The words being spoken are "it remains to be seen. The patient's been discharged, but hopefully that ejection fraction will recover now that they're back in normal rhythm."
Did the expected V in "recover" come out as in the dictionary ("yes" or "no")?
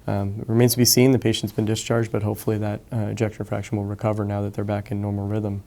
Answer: yes